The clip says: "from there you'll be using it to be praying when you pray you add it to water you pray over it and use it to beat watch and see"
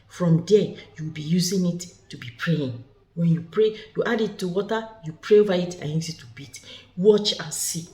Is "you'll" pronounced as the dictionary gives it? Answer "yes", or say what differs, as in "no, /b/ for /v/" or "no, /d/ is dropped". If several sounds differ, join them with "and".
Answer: no, /w/ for /l/